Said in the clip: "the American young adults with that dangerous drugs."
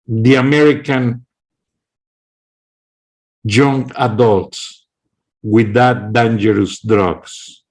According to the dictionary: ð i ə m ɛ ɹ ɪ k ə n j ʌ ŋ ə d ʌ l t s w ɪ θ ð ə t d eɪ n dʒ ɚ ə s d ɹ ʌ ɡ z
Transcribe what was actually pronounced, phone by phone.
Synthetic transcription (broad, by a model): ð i ə m ɛ ɹ ɪ k ə n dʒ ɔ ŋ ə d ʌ l t s w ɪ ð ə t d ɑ n dʒ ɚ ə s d ɹ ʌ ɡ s